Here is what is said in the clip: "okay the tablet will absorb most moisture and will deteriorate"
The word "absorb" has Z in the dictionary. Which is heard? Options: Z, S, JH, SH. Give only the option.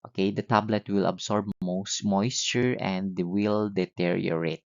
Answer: S